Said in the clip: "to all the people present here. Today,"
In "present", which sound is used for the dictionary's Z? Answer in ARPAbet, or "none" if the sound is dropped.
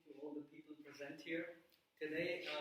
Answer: Z